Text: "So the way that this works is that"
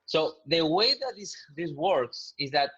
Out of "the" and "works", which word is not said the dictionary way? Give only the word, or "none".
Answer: none